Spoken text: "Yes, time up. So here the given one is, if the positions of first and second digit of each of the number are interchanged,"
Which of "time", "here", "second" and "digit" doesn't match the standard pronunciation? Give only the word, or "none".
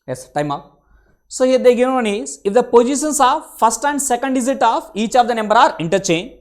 digit